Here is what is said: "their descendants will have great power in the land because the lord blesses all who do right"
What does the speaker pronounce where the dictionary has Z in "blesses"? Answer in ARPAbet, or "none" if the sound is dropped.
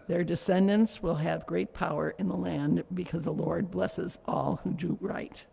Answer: Z